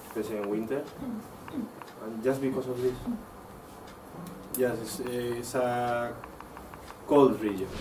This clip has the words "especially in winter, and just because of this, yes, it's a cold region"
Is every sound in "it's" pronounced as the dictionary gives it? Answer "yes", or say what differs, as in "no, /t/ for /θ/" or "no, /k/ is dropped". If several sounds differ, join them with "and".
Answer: no, /s/ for /t/